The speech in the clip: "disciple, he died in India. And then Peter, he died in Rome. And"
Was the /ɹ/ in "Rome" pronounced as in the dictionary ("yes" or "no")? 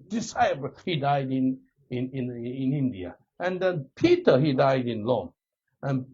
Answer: no